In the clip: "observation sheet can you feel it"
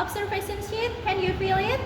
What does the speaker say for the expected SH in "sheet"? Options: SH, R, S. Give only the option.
S